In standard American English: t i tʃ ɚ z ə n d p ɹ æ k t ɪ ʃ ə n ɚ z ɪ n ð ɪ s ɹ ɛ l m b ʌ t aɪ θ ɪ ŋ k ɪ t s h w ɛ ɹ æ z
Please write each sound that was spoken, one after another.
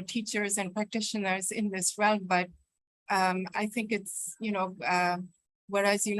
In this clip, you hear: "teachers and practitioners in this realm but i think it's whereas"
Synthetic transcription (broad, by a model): t i tʃ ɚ z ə n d p ɹ æ k t ɪ ʃ ə n ɚ z ɪ n ð ɪ s ɹ ɛ l m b ʌ t aɪ θ ɪ ŋ k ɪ t s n w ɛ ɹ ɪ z